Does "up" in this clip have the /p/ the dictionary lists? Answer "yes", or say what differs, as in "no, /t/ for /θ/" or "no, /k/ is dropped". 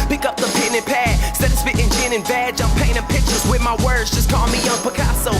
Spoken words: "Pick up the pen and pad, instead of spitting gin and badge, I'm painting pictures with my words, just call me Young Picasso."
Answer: yes